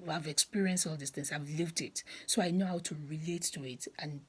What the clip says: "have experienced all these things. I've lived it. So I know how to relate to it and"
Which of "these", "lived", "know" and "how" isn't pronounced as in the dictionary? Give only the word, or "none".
these